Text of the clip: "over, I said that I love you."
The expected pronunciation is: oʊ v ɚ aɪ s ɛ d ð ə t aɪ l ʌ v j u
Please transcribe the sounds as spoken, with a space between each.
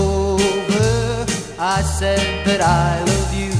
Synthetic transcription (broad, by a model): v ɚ aɪ s ɛ d ð ə t aɪ w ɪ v j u